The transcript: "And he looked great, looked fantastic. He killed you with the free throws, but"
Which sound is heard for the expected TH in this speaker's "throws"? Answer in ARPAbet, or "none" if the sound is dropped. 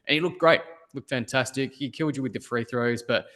TH